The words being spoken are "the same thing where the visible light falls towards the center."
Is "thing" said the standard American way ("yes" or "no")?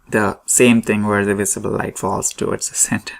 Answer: no